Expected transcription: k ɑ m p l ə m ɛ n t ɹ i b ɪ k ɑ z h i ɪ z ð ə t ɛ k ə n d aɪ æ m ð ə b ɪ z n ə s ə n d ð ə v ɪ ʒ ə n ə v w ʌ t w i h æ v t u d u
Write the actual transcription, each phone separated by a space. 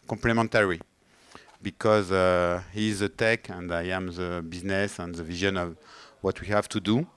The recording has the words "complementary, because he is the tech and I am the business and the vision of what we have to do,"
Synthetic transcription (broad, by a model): k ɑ m p l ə m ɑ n t ɹ i b ɪ k ɑ z h i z ð ə t ɛ k ə n d aɪ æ m ð ə b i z n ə s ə n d ð ə v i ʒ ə n ə v w ʌ t w i h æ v t u d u